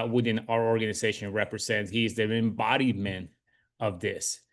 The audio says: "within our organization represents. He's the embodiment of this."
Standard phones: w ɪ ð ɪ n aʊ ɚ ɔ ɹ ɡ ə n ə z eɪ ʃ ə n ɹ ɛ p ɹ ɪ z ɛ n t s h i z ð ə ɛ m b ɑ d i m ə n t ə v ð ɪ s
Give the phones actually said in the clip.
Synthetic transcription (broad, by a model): w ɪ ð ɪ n aʊ ɚ ɔ ɹ ɡ ə n ə z eɪ ʃ ə n ɹ ɛ p ɹ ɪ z ɛ n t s h i z ð ə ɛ m b ɑ d i m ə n ə v ð ɪ s